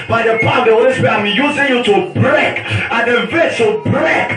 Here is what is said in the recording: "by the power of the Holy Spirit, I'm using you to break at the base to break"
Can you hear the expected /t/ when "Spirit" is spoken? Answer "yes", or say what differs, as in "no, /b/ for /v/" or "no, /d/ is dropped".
no, /t/ is dropped